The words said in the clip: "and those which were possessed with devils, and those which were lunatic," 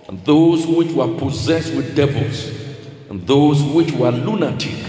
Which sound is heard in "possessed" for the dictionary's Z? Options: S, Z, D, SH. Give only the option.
Z